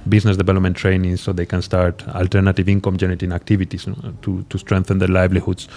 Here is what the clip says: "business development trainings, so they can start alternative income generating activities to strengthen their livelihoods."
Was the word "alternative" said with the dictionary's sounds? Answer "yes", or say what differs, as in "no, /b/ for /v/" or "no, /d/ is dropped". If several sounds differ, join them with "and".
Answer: yes